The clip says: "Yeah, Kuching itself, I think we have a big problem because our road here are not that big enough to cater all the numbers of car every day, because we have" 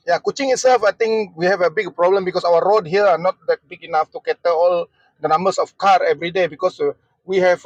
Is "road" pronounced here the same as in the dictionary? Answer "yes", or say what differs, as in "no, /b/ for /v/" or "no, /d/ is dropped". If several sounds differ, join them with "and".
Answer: yes